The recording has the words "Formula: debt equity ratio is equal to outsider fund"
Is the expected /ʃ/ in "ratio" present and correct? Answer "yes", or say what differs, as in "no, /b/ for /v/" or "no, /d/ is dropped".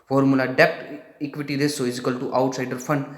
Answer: no, /s/ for /ʃ/